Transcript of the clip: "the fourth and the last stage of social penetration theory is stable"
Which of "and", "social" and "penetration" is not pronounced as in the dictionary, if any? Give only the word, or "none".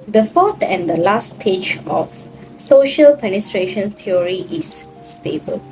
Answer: none